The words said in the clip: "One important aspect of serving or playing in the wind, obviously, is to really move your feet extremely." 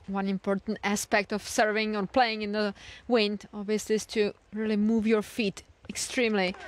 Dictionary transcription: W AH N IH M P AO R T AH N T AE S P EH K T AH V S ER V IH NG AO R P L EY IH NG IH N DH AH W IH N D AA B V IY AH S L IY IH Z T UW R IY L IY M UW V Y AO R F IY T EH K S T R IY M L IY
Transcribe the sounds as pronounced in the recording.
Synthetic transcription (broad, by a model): W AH N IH M P AO R T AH N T AE S P EH K T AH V S ER V IH NG AO R P L EY IH NG IH N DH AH W IH N D AA B V IY AH S L IY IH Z T UW R IY L IY M UW V Y AO R F IY T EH K S T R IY M L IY